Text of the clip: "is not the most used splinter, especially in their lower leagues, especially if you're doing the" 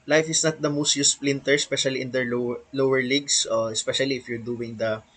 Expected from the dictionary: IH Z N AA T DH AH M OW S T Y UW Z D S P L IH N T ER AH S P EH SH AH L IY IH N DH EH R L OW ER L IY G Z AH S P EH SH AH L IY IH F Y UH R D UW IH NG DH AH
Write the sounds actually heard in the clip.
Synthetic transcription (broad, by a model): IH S N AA T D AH M OW S T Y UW S P L IH N T ER S P EH SH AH L IY IH N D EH R L OW ER L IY G S AH S P EH SH AH L IY IH F Y UH R D UW IH NG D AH